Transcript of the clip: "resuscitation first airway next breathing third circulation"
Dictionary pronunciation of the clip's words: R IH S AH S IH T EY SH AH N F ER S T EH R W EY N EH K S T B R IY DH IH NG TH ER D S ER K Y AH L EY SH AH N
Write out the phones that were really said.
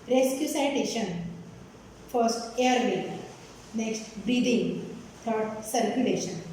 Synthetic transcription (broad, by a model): R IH S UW S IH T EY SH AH N F ER S T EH R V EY N EH K S T B R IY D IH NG T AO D S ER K Y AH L EY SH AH N